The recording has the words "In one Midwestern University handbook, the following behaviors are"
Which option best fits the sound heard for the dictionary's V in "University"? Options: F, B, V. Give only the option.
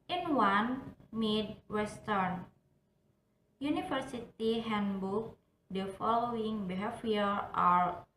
F